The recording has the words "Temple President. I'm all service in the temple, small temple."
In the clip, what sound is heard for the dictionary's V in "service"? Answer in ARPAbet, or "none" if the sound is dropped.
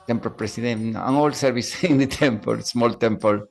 B